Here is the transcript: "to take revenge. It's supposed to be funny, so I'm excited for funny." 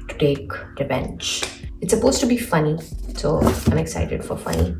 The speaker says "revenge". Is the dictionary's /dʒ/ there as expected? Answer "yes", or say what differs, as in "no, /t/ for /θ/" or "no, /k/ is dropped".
no, /tʃ/ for /dʒ/